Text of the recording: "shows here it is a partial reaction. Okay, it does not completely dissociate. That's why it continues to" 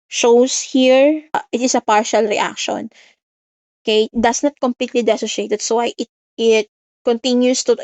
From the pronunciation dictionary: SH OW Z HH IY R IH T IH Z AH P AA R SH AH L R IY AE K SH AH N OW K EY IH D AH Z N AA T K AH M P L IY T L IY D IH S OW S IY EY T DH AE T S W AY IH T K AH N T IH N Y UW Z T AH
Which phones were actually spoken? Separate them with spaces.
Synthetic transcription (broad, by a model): SH OW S HH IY R IH T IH S AH P AA R SH AH L R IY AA K SH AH N OW K EY D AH S N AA T K AH M P L IY T L IY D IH S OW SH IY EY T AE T S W AY IH T K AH N T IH N Y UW S T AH